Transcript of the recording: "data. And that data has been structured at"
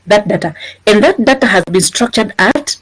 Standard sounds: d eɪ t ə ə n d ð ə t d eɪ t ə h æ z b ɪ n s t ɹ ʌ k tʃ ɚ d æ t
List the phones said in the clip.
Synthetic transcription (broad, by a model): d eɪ t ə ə n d ð ə t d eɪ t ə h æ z b ɪ n s t ɹ ʌ k tʃ ɚ d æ t